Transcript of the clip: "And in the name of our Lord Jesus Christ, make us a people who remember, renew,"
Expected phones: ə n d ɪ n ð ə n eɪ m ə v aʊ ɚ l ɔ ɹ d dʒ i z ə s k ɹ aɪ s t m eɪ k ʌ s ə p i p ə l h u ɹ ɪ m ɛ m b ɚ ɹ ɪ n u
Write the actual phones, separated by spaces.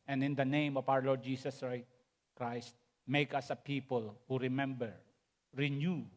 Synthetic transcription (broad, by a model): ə n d ɪ n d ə n eɪ m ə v aʊ ɚ l ɔ ɹ d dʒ i s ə s k ɹ aɪ s t m eɪ k ʌ s ə p i p ə l h u ɹ ɪ m ɛ m b ɚ ɹ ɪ n u